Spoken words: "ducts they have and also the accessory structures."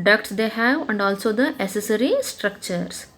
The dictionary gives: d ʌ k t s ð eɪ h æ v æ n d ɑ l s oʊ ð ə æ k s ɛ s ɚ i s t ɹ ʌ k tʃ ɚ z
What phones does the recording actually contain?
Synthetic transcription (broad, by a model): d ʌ k t s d eɪ h æ v æ n d ɑ l s oʊ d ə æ s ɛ s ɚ i s t ɹ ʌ k tʃ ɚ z